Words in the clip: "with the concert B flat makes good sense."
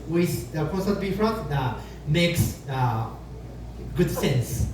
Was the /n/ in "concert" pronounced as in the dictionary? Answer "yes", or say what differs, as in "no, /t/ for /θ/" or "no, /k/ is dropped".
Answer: no, /n/ is dropped